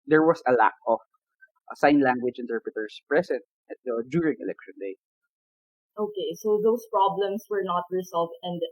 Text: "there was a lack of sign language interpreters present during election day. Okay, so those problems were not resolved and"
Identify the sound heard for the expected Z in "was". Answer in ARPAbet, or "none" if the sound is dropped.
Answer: S